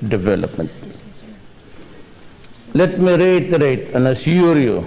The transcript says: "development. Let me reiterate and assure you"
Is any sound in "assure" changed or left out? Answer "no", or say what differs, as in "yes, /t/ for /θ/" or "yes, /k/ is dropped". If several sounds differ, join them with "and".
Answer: yes, /ʃ/ is dropped